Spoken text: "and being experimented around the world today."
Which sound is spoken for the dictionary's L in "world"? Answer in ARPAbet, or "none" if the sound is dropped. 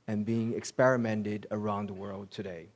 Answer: L